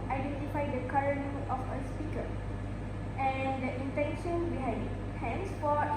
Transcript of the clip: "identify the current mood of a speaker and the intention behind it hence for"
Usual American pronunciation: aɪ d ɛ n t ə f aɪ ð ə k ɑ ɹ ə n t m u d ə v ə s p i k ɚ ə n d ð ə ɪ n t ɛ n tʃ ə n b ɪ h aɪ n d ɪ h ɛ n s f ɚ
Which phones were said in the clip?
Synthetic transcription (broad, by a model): aɪ d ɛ n t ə f aɪ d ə k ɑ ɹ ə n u ə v ə s p i k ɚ ə n d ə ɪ n t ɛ n ʃ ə n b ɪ h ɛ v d ɪ h ɛ n s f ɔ